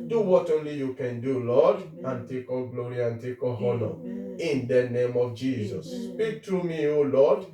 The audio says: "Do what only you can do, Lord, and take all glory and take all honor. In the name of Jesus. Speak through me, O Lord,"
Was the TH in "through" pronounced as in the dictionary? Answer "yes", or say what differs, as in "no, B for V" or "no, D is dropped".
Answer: no, T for TH